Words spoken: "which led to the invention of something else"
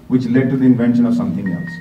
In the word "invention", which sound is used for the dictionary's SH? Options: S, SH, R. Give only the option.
SH